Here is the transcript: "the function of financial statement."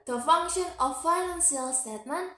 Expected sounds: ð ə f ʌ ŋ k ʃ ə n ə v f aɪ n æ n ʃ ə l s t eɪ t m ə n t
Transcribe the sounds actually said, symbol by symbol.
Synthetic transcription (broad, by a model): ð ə f ʌ ŋ k ʃ ə n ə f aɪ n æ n s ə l s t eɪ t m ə n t